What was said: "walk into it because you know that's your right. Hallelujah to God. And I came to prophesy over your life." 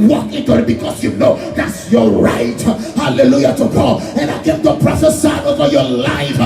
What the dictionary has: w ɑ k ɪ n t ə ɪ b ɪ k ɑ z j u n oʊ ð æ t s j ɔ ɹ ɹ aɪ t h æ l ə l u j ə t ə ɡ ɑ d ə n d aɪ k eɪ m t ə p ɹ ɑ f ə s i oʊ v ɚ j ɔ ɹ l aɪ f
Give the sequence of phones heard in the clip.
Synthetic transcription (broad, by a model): w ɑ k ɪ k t ɪ b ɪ k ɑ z j u n oʊ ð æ t s j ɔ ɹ ɹ aɪ t h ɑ l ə l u j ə t ə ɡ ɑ ə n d aɪ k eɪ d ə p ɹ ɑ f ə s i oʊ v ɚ j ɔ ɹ l aɪ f